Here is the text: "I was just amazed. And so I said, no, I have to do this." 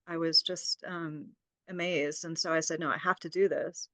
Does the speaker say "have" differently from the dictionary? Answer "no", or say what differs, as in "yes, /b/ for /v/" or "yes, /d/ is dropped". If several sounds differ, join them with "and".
yes, /f/ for /v/